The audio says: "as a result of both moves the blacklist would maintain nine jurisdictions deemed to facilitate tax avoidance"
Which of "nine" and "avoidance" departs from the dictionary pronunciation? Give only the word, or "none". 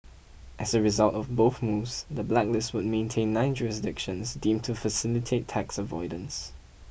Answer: none